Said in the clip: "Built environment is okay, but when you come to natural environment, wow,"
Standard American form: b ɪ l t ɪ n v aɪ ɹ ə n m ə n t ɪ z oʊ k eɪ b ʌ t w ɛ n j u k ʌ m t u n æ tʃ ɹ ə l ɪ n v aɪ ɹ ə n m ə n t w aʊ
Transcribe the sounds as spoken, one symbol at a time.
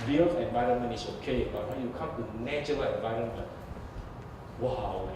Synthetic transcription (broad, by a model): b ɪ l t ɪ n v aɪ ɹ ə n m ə n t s oʊ k eɪ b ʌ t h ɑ j u k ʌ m t u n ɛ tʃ ə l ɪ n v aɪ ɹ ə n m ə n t w aʊ